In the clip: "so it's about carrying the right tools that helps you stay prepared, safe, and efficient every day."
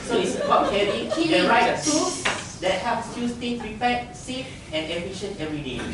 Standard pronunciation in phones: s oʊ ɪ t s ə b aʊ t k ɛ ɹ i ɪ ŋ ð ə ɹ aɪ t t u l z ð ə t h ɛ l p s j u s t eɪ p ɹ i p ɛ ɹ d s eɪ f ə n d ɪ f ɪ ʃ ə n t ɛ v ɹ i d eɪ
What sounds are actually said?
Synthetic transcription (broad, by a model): s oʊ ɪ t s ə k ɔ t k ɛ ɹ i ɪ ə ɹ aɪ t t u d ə t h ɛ p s j u s t eɪ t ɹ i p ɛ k s eɪ f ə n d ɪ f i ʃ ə n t ɛ v ɹ i d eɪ